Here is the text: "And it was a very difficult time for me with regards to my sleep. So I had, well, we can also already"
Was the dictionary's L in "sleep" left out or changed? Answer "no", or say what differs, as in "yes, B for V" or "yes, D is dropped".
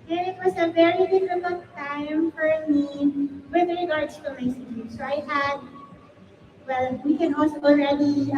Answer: yes, L is dropped